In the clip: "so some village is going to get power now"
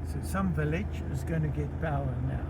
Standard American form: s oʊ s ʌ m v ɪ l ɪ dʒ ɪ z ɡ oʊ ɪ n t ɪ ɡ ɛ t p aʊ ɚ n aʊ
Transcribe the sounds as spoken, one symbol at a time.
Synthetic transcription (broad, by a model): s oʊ s ʌ m v ɪ l ɪ dʒ ɪ z ɡ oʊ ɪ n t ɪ ɡ ɛ t b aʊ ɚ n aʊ